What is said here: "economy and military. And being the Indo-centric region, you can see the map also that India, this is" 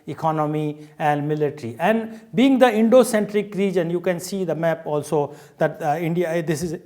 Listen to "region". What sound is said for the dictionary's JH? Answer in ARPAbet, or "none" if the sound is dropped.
JH